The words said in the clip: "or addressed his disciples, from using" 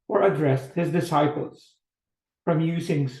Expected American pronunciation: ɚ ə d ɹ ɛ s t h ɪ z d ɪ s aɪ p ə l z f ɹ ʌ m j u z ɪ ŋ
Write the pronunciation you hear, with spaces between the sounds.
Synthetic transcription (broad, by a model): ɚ ə d ɹ ɛ s t h ɪ z d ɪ s aɪ p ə l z f ɹ ʌ m j u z ɪ ŋ